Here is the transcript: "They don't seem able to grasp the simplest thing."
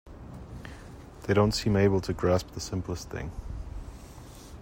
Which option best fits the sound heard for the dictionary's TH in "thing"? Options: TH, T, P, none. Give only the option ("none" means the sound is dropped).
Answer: TH